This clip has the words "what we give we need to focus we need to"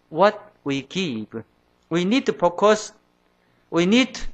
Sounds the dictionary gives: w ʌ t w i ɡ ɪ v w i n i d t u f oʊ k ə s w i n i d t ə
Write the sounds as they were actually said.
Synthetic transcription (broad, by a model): w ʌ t w i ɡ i p w i n i d t u p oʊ k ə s w i n i d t